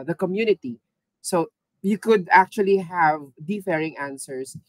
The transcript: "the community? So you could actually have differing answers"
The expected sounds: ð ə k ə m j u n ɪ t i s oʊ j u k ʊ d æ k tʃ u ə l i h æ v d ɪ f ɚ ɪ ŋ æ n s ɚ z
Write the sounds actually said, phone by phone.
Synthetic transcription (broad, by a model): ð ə k ə m j u n ɪ t i s oʊ j u k ʊ d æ k tʃ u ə l i h æ v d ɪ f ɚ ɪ ŋ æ n s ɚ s